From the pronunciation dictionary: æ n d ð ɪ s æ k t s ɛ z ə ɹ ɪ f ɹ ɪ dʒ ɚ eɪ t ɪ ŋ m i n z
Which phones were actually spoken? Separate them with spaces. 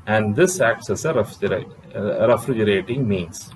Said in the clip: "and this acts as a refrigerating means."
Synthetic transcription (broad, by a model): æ n d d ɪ s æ k s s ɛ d ə ɹ ɪ f ɹ ɪ dʒ ɚ eɪ t ɪ ŋ m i n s